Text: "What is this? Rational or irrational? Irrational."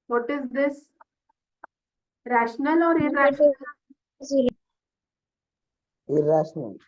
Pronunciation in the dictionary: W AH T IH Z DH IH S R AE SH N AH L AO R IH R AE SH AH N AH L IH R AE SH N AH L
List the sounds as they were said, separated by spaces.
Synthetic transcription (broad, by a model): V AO T IH Z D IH S R AE SH N AH L AO R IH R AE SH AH AH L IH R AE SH N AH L